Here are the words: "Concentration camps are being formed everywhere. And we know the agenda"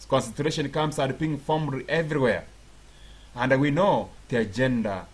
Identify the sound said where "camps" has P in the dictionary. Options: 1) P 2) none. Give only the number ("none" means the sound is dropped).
2